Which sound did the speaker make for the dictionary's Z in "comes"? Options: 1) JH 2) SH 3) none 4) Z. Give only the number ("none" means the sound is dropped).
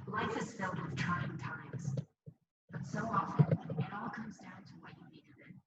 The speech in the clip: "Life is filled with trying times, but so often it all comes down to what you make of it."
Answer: 4